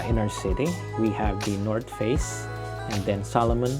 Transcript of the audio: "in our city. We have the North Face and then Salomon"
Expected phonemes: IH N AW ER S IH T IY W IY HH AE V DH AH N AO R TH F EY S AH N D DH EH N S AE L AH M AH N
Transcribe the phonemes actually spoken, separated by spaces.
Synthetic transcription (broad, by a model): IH N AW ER S IH T IY W IY HH AE V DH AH N AO R T F EY S AH N D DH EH N S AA L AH M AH N